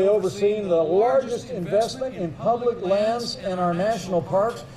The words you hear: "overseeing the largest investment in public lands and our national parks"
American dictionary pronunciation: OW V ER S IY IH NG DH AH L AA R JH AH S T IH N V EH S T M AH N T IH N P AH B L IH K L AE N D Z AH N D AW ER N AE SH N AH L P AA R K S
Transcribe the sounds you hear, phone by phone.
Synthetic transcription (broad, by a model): OW V ER S IY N DH AH L AA R JH AH S T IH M V EH S T M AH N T IH N P AH B L IH K L AE N D Z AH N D AW ER N AE SH N L P AA R K S